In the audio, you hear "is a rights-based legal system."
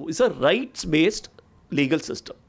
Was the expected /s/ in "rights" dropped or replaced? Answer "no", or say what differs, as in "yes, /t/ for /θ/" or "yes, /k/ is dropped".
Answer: no